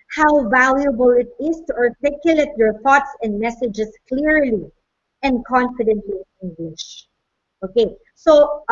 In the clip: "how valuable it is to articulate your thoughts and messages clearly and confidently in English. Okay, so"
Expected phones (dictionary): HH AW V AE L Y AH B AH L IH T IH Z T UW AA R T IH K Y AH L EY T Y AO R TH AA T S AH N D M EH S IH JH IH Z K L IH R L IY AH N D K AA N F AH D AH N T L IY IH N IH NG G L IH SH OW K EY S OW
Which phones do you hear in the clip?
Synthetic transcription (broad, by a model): HH AW V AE L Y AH B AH L IH T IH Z T UW AA R T IH K Y AH L EY T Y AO R TH AA T S AH N D M EH S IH JH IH S K L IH R L IY AH N D K AA N F AH D AH N T L IY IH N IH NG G W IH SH OW K EY S OW